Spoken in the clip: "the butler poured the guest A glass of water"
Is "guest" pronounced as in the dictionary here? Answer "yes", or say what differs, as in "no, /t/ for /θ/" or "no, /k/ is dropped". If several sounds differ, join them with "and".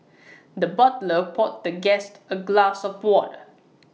yes